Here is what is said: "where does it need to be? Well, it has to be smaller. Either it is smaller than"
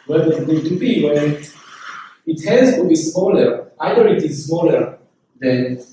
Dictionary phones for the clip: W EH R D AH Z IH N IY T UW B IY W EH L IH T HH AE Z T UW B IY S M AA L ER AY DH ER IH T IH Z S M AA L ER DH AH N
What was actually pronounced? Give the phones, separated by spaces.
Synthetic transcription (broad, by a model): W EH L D IH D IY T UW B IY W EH N IH T HH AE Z T UW B IY S M AA L ER AY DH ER IH T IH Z S M AA L ER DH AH N